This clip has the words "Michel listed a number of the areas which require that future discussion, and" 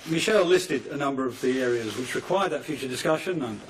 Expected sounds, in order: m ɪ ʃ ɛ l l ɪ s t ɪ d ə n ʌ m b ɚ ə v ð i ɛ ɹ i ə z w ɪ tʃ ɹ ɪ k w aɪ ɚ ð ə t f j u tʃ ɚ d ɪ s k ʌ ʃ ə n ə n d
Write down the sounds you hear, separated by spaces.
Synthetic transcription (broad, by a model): m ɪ ʃ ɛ l l ɪ s t ɪ d ə n ʌ m b ɚ ə v ð i ɛ ɹ i ə z w ɪ tʃ ɹ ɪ k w aɪ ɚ ð ə t f j u tʃ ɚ d ɪ s k ʌ ʃ ə n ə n